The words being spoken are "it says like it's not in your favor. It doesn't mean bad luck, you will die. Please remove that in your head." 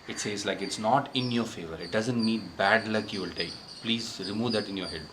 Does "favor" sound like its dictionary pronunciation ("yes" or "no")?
yes